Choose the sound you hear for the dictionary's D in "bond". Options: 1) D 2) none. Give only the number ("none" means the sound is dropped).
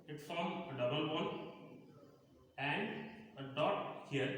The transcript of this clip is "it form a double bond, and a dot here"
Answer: 2